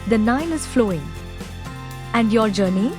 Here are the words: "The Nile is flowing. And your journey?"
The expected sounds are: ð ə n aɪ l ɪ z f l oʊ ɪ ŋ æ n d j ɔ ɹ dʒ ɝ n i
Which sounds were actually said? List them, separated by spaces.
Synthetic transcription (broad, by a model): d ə n aɪ n ɪ z f l oʊ ɪ ŋ æ n d j ɔ ɹ dʒ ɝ n i